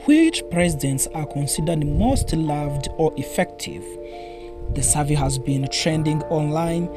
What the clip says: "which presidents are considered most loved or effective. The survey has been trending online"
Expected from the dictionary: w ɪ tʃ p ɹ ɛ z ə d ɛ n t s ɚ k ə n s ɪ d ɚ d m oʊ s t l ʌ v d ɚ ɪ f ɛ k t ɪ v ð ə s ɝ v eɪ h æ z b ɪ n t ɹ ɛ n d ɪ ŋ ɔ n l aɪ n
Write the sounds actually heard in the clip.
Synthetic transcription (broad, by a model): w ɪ tʃ p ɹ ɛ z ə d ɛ n t s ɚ k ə n s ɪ d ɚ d m oʊ s t l ʌ v d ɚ ɪ f ɛ k t ɪ v ð ə s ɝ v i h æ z b ɪ n t ɹ ɛ n d ɪ ŋ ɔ n l aɪ n